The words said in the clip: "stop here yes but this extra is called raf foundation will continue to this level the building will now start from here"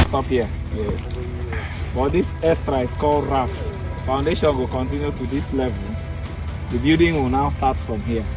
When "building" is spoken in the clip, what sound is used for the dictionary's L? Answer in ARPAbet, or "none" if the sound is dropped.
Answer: none